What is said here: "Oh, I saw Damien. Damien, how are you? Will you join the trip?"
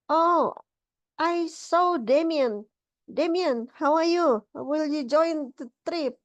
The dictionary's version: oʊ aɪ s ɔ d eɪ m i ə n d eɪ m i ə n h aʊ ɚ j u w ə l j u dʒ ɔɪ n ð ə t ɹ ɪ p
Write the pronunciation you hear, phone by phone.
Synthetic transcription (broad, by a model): oʊ aɪ s ɔ d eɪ m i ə n d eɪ m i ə n h aʊ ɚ j u w ə l j u dʒ ɔɪ n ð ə t ɹ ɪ p